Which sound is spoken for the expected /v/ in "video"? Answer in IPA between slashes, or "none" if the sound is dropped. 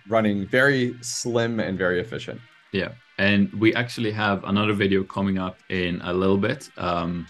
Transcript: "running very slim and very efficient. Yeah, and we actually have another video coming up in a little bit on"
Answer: /v/